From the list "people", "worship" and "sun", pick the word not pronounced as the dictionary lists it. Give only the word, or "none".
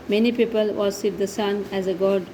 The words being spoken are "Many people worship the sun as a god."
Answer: worship